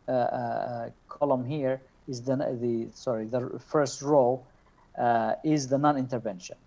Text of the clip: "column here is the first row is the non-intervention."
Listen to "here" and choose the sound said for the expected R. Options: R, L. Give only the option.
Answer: R